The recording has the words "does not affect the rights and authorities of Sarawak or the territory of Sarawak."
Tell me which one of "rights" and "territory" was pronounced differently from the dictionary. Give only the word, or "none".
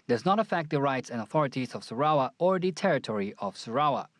none